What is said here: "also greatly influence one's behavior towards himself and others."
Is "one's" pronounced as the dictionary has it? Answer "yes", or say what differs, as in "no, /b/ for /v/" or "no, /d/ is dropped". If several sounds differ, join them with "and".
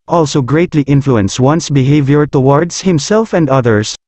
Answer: no, /s/ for /z/